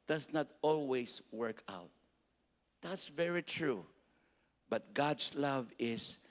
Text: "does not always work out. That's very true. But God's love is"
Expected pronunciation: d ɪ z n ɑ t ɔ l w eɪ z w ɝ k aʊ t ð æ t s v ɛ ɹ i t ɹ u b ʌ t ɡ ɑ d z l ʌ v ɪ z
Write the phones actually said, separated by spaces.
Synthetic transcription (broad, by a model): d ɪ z n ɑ t ɔ l w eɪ s w ɝ k aʊ t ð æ t s v ɛ ɹ i t ɹ u b ʌ t ɡ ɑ d s l ʌ v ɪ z